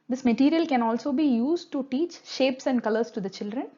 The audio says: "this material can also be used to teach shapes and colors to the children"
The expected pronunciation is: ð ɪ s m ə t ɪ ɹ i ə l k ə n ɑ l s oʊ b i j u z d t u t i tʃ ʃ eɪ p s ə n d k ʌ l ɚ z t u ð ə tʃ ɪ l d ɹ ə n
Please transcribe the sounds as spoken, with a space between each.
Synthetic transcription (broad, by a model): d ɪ s m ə t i ɹ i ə l k ə n ɑ l s oʊ b i j u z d t u t i tʃ ʃ eɪ p s ə n d k ʌ l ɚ s t u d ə tʃ ɪ l d ɹ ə n